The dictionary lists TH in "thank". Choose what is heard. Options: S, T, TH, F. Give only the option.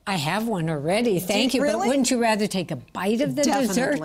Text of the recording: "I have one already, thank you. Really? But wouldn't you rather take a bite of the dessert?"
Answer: TH